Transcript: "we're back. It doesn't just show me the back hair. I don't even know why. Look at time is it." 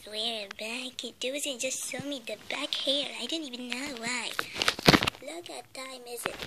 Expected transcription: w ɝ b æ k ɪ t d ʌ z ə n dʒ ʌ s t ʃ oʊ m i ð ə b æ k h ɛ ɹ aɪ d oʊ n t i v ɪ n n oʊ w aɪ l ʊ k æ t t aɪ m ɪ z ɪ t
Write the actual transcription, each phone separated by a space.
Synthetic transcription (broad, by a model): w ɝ b æ k ɪ t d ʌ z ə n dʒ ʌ s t s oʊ m i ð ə b æ k h ɛ ɹ aɪ d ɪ n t i v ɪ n n oʊ w aɪ l ʊ k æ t t aɪ m ɪ z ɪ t